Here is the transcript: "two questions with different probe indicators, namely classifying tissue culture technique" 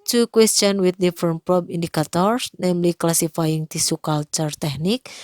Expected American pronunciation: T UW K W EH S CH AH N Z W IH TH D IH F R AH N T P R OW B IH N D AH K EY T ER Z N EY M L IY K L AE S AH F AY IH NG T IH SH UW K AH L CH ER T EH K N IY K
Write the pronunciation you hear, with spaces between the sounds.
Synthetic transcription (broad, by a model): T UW K W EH S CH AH N W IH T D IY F R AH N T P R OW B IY N D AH K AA T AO S N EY M L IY K L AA S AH F AY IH NG T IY S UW K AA L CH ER T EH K N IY K